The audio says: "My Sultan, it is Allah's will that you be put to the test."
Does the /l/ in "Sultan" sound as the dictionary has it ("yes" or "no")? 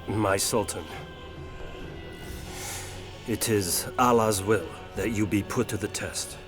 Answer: yes